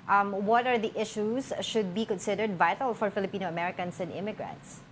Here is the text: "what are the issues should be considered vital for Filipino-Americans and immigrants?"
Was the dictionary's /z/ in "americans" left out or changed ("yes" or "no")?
yes